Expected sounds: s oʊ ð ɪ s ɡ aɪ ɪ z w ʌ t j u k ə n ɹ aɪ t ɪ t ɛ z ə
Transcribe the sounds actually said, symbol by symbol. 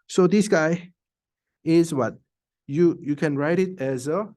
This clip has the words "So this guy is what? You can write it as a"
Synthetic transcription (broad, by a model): s oʊ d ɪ s ɡ aɪ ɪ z w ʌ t j u k ə n ɹ aɪ t ɪ t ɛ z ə